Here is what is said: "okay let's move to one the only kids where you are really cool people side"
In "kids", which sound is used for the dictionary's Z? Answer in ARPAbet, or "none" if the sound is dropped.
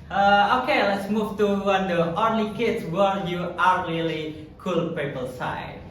S